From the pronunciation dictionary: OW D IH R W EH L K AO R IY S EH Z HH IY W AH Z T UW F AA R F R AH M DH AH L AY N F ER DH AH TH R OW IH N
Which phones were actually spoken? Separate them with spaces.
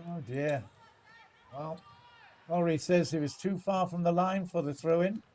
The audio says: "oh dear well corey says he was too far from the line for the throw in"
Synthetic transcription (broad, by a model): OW D IH R W EH L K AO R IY S EH Z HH IY W AH Z T UW F AA R F R AH M DH AH L AY N F ER DH AH TH R OW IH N